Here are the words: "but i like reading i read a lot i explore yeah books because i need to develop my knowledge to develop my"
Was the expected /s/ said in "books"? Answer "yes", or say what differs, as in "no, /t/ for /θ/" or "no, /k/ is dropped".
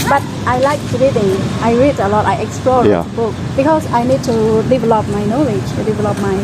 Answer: no, /s/ is dropped